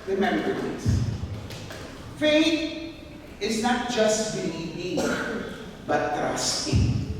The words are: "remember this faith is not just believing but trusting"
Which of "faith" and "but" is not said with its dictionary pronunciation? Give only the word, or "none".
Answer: faith